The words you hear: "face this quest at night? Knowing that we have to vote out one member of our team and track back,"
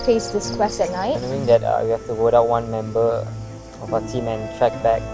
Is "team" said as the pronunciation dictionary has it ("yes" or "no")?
yes